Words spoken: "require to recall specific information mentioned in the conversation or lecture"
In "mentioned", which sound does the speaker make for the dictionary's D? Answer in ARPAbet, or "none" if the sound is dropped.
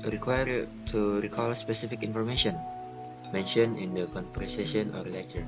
none